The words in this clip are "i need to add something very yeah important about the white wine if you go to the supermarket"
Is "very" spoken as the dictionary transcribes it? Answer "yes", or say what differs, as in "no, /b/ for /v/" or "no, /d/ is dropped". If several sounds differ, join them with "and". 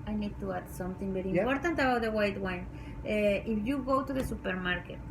no, /b/ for /v/